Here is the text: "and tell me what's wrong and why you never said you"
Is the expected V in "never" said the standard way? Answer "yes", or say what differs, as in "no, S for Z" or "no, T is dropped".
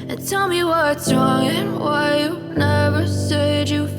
yes